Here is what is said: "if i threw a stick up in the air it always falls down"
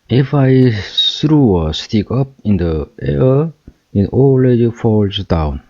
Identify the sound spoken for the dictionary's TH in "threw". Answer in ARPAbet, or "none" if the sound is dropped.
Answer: S